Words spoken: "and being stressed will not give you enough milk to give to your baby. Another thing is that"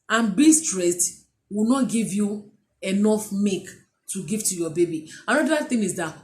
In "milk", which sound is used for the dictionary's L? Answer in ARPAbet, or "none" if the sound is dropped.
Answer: none